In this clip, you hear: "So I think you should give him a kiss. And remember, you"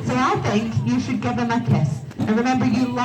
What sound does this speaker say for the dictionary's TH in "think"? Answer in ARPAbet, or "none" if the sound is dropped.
TH